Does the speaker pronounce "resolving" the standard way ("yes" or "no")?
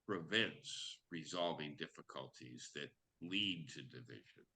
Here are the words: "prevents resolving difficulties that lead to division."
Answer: yes